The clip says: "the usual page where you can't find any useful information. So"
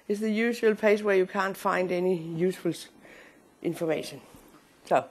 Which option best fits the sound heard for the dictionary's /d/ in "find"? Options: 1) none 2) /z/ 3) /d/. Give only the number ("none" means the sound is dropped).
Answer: 3